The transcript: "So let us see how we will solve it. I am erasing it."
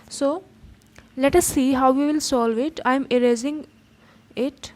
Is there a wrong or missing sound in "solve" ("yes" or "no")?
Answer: no